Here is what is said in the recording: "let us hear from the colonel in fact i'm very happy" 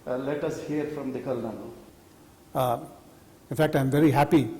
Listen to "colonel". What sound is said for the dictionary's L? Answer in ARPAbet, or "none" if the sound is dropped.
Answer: N